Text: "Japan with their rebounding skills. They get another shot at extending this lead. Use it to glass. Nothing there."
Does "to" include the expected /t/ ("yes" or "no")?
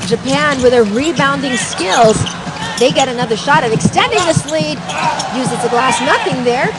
no